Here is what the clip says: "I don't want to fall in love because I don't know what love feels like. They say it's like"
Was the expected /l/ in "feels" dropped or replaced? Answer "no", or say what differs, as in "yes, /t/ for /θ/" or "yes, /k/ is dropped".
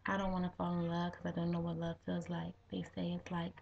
yes, /l/ is dropped